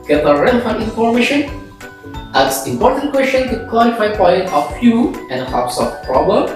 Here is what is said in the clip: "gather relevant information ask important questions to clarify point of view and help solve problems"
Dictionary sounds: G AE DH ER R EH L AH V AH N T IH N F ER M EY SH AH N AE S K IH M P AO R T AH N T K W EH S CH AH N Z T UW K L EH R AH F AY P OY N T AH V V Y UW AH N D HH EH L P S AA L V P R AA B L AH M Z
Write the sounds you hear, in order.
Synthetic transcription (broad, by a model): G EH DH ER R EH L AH F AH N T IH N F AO M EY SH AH N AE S IH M P AO R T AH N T K W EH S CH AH N T UW K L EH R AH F AY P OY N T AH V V Y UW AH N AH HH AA P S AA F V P R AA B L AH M